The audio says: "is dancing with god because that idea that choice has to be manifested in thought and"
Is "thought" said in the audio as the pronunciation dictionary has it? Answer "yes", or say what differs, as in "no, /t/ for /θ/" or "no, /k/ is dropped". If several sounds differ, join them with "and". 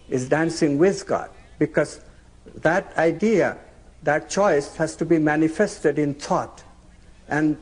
no, /t/ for /θ/